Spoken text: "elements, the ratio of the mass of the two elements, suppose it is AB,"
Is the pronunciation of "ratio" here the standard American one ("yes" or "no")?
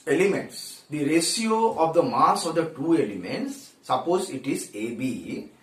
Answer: no